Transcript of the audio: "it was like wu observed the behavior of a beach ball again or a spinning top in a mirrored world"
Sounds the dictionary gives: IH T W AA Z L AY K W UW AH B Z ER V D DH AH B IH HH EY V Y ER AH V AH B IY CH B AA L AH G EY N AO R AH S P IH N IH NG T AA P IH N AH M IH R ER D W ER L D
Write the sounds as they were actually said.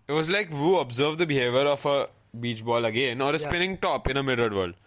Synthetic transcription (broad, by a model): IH T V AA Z L AY K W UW AH B Z ER V D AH B IH HH EY V Y ER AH F AH B IY CH B AA L AH G EY N AO R AH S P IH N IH NG T AA P IH N AH M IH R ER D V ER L D